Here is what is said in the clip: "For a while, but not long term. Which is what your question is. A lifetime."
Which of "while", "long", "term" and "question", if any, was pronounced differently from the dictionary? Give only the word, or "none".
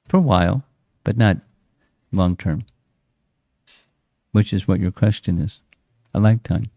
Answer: none